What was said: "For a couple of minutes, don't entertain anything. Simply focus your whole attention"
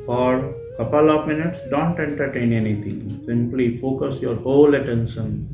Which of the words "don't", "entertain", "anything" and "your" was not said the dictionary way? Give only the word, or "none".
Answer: anything